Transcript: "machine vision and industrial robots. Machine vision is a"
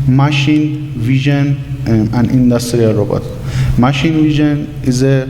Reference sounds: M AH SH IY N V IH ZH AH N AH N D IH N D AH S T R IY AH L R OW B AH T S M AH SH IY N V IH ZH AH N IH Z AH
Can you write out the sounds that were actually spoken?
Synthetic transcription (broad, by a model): M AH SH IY N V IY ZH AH N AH N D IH N D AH S T R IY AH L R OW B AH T M AH SH IY N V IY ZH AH N IH Z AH